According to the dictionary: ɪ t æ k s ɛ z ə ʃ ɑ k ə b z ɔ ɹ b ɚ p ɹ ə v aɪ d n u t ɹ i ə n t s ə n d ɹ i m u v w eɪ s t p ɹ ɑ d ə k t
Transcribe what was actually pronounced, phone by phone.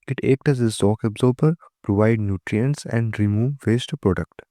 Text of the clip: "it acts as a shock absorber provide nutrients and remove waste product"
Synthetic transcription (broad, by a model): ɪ t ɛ k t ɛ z ə s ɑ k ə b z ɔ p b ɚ p ɹ ə v aɪ d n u t ɹ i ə n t s ə n d ɹ i m u v eɪ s t p ɹ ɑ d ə k t